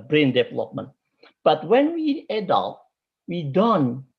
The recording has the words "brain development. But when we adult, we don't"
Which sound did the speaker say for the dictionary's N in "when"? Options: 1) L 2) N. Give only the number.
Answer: 2